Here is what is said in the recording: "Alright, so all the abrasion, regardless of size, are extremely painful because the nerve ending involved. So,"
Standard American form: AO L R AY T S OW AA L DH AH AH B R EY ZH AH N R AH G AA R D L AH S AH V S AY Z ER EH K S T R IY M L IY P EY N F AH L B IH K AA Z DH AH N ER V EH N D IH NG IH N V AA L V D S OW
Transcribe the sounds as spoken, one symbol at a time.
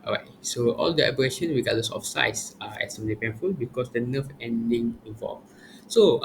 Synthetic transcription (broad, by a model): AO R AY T S OW AA L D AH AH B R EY SH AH N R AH G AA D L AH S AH F S AY S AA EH S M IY L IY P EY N F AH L B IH K AA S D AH N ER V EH N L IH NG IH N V AA L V S OW